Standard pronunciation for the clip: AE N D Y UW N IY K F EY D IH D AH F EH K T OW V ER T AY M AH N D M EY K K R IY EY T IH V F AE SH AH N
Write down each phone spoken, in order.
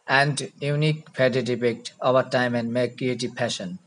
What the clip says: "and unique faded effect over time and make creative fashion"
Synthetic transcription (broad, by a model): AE N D Y UW N IY K P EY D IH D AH P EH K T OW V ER T AY M AH N D M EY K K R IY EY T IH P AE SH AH N